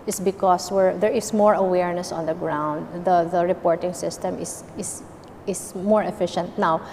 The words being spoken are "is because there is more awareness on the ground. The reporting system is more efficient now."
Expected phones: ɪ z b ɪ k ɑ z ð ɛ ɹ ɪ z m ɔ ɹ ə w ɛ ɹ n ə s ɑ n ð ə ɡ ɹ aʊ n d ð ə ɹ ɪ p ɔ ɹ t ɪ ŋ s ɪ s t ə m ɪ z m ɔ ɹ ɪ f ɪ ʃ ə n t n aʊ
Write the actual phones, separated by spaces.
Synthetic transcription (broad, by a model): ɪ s b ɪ k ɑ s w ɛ ɹ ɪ s m ɔ ɹ ə w ɛ ɹ n ə s ɑ n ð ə ɡ ɹ aʊ n d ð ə ɹ ɪ p ɔ ɹ t ɪ ŋ s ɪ s t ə m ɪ s m ɔ ɹ ɪ f ɪ ʃ ə n t n aʊ